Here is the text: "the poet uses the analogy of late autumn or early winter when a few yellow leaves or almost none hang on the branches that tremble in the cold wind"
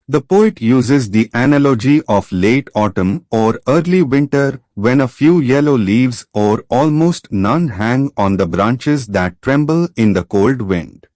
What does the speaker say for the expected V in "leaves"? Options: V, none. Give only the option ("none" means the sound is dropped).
V